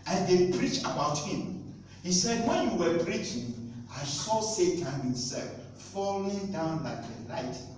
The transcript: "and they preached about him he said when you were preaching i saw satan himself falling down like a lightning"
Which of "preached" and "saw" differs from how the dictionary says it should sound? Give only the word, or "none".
preached